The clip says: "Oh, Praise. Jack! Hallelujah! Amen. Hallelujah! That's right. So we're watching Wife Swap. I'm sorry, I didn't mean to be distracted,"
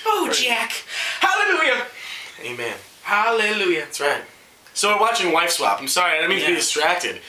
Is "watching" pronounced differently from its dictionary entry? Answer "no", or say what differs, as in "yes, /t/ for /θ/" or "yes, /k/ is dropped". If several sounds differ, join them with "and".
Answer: no